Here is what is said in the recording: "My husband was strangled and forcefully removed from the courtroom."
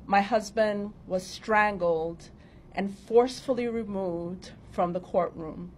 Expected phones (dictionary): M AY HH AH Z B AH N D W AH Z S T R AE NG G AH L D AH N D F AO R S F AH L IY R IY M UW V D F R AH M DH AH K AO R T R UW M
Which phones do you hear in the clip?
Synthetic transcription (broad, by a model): M AY HH AH Z B AH N D W AH Z S T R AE NG G L D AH N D F AO R S F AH L IY R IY M UW V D F R AH M DH AH K AO R T R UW M